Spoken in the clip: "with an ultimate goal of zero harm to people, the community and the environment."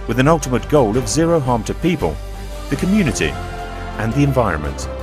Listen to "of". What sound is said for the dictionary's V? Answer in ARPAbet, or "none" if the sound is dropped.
V